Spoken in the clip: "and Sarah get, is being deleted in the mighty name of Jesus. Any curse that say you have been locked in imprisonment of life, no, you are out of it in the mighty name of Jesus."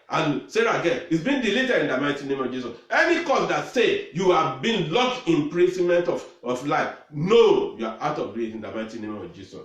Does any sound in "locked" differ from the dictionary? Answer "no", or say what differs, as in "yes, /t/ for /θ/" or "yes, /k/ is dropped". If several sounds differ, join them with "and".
yes, /t/ is dropped